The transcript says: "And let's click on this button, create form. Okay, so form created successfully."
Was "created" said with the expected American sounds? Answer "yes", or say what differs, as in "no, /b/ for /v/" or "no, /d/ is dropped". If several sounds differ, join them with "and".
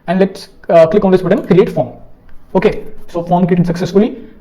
no, /ɹ/ is dropped